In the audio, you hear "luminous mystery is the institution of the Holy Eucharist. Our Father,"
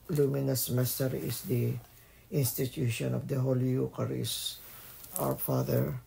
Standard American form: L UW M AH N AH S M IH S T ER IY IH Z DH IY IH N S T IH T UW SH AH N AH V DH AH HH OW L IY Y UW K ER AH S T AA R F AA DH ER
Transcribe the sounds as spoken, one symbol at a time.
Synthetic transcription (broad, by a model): L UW M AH N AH S M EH S T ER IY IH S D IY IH N S T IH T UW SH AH N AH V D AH HH OW L IY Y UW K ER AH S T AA W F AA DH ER